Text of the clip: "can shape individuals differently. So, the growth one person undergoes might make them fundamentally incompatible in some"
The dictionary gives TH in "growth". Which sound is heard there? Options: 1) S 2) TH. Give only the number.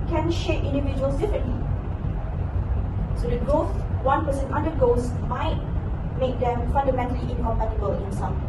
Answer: 1